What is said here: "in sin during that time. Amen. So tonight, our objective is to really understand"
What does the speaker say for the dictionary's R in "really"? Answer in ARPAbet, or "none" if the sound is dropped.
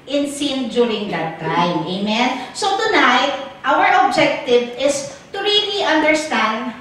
R